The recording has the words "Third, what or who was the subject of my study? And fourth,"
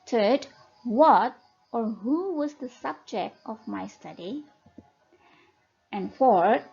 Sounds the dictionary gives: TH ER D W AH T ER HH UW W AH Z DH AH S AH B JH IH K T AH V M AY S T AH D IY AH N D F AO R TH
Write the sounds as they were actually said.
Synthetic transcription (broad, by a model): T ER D W AH T ER HH UW W AH Z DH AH S AH B JH IH K T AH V M AY S T AH D IY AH N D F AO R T